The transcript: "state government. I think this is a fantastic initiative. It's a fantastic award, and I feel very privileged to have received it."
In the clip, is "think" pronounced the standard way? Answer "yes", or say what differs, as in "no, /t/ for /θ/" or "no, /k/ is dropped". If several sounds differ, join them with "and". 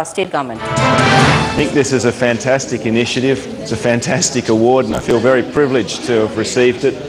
yes